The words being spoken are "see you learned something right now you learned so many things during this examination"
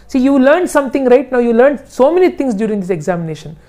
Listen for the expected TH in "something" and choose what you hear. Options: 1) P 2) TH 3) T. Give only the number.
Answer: 3